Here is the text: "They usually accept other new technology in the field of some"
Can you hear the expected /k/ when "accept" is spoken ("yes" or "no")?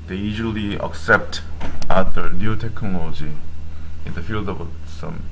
yes